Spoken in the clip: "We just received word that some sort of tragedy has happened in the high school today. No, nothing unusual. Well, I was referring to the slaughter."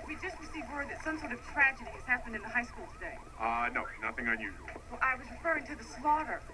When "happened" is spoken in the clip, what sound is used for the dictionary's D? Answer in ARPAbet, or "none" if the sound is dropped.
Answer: D